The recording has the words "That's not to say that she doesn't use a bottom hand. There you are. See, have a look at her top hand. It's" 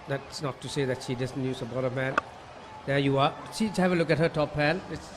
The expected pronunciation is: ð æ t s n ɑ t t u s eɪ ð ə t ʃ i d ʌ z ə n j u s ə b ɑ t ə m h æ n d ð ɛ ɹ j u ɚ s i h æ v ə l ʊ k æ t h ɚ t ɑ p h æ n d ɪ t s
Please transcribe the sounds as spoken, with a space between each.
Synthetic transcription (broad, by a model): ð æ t s n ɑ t t u s eɪ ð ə t ʃ i d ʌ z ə n j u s ə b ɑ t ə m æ n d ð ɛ j u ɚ ʃ i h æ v ə l ʊ k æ t h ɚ t ɑ p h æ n ɪ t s